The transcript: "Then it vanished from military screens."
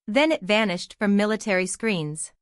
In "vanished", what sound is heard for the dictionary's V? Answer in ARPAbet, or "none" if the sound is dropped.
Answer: V